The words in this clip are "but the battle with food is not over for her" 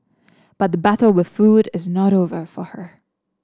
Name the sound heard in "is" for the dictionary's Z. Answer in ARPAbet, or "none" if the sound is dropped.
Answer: Z